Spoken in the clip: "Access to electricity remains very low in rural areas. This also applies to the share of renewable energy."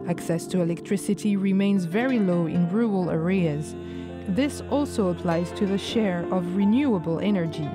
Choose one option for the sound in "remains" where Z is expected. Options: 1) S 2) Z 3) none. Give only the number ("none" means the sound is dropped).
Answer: 2